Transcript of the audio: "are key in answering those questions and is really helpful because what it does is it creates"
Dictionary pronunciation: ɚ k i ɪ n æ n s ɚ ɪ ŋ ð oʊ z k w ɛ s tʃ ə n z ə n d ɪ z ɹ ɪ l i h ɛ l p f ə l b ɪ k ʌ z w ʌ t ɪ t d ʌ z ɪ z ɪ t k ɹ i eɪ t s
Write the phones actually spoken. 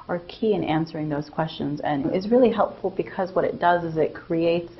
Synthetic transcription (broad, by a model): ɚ k i ɪ n æ n s ɚ ɪ ŋ ð oʊ z k w ɛ s tʃ ə n z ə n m ɪ z ɹ ɪ l i h ɛ l p f l b ɪ k ʌ z w ʌ t ɪ t d ʌ z ɪ z ɪ t k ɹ i eɪ t s